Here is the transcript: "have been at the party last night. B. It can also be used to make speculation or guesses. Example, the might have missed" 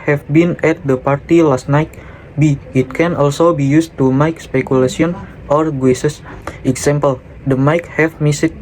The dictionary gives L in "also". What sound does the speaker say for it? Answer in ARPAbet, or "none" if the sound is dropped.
L